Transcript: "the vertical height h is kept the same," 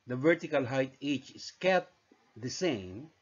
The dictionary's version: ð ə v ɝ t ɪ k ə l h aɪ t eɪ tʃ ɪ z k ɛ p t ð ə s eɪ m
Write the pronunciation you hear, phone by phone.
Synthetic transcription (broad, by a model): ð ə v ɝ t ɪ k ə l h aɪ t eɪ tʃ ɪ s k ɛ t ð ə s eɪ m